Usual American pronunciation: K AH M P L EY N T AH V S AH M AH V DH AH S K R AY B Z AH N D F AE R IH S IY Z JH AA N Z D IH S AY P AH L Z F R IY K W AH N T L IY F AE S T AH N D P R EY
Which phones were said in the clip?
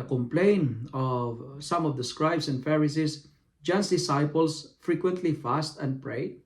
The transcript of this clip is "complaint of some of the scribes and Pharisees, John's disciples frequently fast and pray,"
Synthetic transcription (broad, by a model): K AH M P L EY N AH V S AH M AH V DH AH S K R AY B S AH N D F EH R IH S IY S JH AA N S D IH S AY P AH L S F R IY K W AH N T L IY F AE S T AH N D P R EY